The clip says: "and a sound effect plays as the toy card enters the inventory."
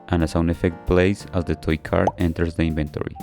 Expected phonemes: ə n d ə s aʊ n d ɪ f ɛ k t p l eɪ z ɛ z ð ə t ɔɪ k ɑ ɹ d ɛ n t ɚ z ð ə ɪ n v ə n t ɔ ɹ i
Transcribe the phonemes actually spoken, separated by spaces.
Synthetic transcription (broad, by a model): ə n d ə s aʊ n ɪ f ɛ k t p l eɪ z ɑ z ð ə t ɔɪ k ɑ ɹ d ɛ n t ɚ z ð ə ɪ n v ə n t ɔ ɹ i